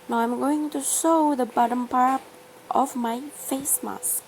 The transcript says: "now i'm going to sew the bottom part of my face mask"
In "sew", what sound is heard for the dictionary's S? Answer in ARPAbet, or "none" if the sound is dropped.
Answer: SH